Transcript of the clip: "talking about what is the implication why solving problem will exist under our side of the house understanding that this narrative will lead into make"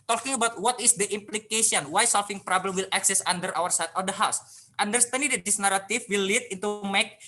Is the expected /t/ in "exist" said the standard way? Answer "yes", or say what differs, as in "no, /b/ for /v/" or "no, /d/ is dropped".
no, /t/ is dropped